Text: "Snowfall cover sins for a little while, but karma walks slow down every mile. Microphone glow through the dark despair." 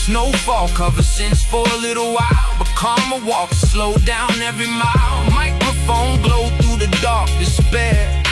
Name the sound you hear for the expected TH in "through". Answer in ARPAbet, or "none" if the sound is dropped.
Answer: TH